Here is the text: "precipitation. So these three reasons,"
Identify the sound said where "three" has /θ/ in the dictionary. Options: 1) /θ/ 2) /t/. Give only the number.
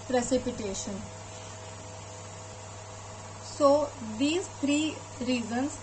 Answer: 2